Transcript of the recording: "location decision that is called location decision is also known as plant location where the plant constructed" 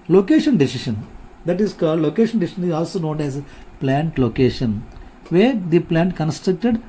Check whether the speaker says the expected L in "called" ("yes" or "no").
no